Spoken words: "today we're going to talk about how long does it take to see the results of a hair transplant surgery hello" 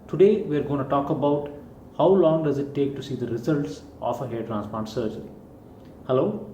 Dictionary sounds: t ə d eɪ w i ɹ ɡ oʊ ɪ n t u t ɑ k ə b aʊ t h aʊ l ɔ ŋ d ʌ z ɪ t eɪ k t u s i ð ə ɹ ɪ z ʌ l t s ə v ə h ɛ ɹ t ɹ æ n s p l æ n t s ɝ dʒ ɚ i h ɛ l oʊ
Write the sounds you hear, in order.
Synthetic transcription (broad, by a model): t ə d eɪ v i ɹ ɡ oʊ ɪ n t u t ɑ k ə b aʊ t h aʊ l ɔ ŋ d ʌ z ɪ t eɪ k t u s i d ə ɹ ɪ z ʌ l t s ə f ə h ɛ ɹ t ɹ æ n s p ɔ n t s ɝ dʒ ɚ i h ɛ l oʊ